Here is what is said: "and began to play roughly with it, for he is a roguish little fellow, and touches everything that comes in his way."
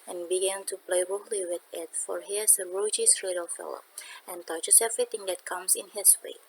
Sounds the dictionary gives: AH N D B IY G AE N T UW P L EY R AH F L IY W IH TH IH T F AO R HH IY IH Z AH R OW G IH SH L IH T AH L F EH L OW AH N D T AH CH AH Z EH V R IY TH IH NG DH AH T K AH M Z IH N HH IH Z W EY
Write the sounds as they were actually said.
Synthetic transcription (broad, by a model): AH N B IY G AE N T UW P L EY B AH L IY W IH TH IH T F AO R HH IY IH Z AH R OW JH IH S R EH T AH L F EH L OW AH N T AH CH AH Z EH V R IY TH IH NG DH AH T K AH M S IH N HH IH S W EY